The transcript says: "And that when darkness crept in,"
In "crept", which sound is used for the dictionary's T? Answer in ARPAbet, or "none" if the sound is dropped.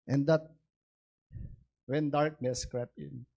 none